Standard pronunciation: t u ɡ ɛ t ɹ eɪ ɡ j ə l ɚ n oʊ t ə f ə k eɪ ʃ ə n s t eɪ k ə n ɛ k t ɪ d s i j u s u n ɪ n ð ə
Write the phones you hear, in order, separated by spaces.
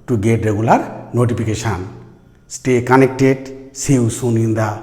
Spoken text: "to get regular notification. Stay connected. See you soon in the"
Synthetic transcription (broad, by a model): t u ɡ ɛ t ɹ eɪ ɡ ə l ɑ n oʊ t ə p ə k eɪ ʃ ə n s t eɪ k ə n ɛ k t ɪ d s i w s u n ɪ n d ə